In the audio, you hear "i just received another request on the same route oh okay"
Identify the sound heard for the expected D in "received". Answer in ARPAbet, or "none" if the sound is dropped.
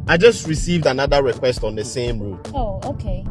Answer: D